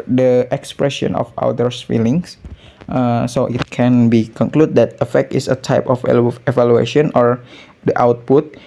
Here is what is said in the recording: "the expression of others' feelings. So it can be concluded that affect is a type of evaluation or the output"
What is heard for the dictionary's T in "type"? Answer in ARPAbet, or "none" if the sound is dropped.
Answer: T